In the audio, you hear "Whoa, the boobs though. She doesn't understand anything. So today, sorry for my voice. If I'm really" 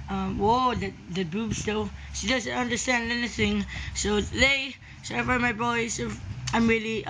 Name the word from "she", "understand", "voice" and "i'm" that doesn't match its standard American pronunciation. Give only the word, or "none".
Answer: voice